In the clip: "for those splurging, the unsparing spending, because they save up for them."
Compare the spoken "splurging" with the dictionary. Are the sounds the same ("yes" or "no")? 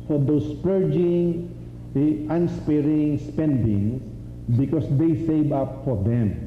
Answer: no